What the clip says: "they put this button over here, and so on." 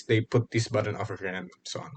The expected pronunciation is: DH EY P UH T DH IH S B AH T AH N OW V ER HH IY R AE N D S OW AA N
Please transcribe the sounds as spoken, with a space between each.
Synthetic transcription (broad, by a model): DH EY P UH T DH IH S B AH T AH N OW F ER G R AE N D S OW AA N